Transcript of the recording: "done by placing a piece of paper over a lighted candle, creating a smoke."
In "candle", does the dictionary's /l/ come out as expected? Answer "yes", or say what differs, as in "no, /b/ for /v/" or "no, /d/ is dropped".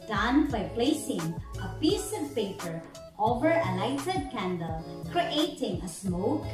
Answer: yes